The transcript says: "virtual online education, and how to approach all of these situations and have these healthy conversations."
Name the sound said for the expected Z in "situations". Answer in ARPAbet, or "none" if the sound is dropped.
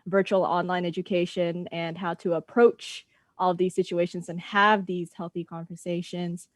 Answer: Z